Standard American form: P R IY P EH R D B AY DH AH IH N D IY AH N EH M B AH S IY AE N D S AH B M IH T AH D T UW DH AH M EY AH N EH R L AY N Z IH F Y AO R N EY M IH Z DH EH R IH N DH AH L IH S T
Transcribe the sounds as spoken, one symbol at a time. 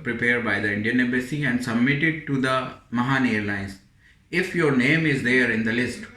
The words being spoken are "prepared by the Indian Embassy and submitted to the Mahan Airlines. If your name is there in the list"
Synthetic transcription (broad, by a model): P R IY P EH R D B AY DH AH IH N D IY AH N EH B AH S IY AE N D S AH B M IH T AH D T UW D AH M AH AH N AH R L AY N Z IH F Y AO R N EY M IH Z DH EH R IH N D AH L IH S T